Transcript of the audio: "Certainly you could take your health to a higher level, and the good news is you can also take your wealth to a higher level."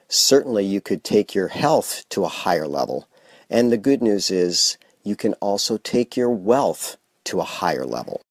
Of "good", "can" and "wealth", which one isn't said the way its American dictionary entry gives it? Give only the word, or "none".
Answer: none